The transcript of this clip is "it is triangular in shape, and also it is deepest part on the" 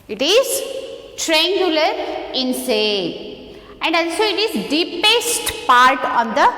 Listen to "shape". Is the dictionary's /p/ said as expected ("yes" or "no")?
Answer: no